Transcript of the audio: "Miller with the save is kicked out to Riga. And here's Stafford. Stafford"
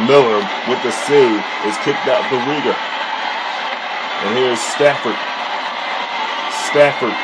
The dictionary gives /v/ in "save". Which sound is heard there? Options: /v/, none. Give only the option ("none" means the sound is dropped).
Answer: none